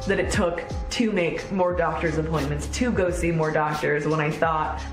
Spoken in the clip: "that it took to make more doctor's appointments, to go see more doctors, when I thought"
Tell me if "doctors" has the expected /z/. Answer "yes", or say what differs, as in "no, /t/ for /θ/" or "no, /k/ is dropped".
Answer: yes